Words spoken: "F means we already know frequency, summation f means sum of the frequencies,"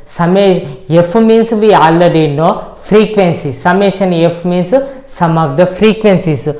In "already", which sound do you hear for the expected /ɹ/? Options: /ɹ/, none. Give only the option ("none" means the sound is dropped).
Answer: none